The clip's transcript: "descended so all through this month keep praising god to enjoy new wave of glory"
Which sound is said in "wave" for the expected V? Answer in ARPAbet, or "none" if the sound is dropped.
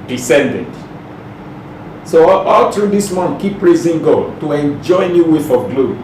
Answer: F